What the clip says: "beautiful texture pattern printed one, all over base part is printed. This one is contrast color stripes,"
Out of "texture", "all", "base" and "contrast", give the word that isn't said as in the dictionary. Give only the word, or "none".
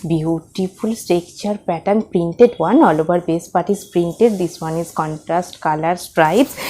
texture